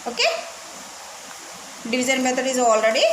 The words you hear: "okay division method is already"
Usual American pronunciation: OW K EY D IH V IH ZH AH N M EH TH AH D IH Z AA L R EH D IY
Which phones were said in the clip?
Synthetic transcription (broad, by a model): OW K EY D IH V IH Z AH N M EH T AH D IH Z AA L R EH D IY